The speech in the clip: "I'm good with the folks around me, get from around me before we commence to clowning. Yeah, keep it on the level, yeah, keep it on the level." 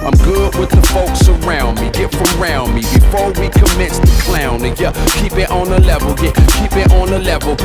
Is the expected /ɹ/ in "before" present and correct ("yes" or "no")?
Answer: yes